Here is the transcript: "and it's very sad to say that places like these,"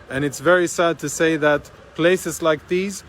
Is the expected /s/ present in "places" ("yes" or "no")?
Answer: yes